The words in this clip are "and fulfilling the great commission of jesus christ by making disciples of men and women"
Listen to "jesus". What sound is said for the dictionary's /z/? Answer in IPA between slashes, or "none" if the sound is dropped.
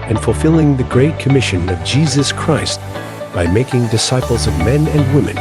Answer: /z/